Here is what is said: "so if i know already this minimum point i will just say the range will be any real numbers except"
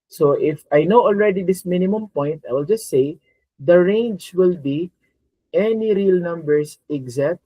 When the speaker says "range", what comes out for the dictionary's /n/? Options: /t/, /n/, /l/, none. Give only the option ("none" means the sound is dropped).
/n/